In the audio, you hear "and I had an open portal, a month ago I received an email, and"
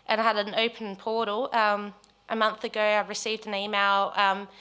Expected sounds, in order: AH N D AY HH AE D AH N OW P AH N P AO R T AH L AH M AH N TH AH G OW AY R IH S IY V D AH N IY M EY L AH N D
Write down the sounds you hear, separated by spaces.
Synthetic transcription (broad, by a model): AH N AY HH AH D AH N OW P AH N P AO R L AH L AH M AH N TH AH G OW AY R IH S IY V D AH N IY M EY L AH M